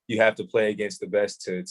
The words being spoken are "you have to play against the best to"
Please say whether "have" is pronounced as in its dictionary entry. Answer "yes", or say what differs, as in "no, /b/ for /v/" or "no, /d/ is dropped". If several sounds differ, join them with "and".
no, /f/ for /v/